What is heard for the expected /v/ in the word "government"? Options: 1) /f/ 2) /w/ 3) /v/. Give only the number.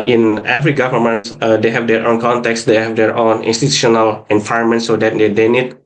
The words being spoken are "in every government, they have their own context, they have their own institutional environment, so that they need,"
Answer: 1